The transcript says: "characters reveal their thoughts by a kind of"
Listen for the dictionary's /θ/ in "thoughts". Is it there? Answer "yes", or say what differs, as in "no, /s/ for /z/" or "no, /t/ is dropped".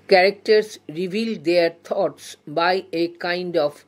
no, /t/ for /θ/